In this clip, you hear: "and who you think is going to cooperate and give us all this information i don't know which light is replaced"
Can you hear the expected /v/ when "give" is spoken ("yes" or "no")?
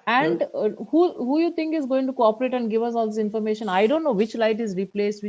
yes